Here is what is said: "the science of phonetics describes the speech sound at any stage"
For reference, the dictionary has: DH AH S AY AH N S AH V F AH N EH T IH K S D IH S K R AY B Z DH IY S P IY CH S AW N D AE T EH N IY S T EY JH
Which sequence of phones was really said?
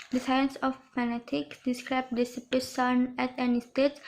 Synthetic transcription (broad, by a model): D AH S AY AH N S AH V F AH N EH T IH K S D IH S K R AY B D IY S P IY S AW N AE T EH N IY S T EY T